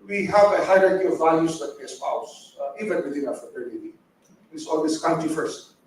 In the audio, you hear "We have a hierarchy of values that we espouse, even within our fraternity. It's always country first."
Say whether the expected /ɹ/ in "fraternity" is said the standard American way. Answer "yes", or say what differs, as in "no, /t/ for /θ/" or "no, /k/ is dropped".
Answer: no, /ɹ/ is dropped